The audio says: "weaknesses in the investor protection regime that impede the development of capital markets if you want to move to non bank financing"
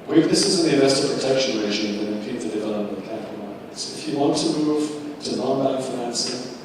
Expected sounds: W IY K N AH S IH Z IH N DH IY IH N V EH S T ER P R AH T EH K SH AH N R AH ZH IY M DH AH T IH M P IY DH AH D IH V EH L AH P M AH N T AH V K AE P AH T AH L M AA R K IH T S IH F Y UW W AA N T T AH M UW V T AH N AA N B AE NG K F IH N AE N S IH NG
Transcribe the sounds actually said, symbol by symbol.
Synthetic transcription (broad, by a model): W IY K N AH S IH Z IH N DH IY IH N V EH S T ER P R AH T EH K SH AH N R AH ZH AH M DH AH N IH P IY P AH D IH V EH L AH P AH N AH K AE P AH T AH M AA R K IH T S IH F Y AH W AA N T T AH M UW V T AH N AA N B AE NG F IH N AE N S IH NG